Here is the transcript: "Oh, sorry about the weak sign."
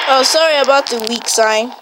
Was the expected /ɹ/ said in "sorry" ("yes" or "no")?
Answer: yes